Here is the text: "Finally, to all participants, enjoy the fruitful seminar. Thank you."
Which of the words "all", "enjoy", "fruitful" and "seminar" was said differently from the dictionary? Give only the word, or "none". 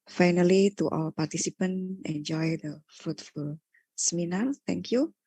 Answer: none